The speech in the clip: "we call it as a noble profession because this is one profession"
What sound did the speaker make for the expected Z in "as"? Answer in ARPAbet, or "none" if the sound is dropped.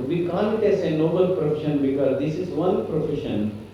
S